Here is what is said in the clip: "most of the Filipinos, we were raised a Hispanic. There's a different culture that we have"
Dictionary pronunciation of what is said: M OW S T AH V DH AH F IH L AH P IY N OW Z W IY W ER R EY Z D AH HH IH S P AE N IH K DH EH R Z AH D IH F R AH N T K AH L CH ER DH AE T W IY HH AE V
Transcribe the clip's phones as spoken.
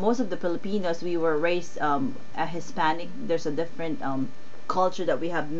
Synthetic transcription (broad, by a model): M OW S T AH V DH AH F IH L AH P IY N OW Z W IY W ER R EY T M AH HH IH S P AE N IH K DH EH R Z AH D IH F R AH N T K AH L CH ER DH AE T W IY HH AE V